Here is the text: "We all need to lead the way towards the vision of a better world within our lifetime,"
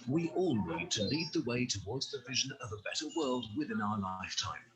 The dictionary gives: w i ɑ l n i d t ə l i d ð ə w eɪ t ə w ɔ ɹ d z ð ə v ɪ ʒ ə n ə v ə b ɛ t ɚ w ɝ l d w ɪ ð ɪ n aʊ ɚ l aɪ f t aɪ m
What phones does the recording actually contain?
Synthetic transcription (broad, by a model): w i ɑ l n i d t ə l i d ð ə w eɪ t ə w ɔ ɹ d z ð ə v ɪ ʒ ə n ə v ə b ɛ t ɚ w ɝ l d w ɪ ð ɪ n aʊ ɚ l aɪ f t aɪ m